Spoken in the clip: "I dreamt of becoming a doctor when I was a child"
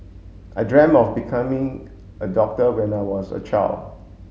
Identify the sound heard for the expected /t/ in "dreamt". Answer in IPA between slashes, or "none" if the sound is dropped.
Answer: none